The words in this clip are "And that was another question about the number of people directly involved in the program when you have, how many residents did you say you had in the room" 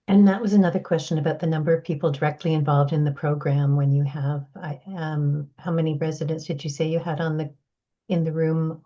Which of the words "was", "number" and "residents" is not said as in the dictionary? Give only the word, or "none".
none